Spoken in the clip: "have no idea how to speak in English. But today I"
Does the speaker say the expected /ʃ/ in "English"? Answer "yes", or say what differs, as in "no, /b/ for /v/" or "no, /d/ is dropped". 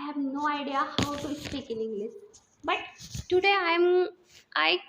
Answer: no, /s/ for /ʃ/